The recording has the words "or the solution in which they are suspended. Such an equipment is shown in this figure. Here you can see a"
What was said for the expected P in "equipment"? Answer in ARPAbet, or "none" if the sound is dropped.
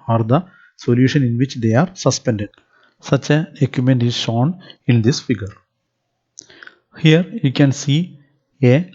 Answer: none